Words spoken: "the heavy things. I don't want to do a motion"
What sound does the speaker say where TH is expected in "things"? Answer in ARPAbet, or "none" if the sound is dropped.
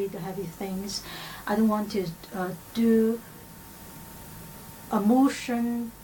TH